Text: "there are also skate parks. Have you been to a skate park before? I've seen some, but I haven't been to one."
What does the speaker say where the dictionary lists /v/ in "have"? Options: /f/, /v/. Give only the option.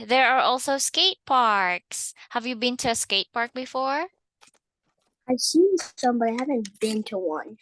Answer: /v/